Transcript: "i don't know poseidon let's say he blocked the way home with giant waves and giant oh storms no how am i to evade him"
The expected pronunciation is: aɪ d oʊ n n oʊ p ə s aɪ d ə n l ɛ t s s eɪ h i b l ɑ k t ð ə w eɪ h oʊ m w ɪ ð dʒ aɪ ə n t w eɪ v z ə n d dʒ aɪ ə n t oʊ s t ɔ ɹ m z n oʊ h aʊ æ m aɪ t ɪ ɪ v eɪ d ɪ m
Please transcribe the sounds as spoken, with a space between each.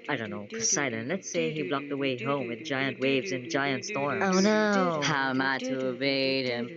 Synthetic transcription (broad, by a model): aɪ d oʊ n n oʊ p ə s aɪ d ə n l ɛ t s s eɪ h i b l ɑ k ð ə w eɪ h oʊ m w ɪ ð dʒ aɪ ə n t w eɪ v z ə n dʒ aɪ ə n t s t ɔ ɹ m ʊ n oʊ h aʊ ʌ m aɪ t ɪ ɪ b eɪ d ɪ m